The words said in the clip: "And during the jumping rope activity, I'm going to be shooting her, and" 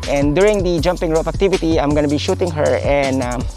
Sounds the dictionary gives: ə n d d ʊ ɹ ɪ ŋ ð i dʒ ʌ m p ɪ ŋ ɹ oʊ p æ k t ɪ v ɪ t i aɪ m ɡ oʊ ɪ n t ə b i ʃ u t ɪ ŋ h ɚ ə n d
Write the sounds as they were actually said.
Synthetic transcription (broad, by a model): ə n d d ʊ ɹ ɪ ŋ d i dʒ ʌ m p ɪ ŋ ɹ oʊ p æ k t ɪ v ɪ t i aɪ m ɡ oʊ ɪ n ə b i ʃ u t ɪ ŋ h ɚ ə n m